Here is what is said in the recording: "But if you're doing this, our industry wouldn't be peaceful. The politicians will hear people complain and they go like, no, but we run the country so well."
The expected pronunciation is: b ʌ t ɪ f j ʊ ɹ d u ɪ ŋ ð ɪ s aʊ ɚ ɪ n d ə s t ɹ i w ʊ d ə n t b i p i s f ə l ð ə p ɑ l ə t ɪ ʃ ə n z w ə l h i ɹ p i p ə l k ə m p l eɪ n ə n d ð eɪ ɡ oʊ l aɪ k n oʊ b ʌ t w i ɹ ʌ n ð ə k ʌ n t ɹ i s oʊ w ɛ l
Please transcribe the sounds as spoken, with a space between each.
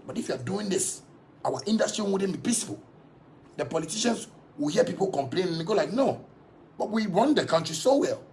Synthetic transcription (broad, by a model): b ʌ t ɪ f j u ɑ d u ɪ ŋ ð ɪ s aʊ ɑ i n d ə s t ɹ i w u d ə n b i p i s p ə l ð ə p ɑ l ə t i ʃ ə n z w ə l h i p i p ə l k ə m p l eɪ n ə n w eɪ ɡ oʊ l aɪ k n oʊ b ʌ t w i ɹ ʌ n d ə k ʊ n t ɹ i s oʊ w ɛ l